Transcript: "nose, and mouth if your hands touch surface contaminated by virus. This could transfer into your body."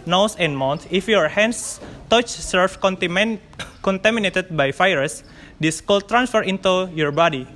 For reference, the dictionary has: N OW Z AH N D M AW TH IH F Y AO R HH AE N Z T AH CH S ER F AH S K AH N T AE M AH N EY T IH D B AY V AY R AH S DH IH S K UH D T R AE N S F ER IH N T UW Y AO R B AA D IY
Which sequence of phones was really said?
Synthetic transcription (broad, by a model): N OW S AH N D M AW T IH F Y AO R HH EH N S T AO CH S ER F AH K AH N T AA M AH N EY T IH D B AY F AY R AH S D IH S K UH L T R AE N S F ER IH N T UW Y AO R B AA D IY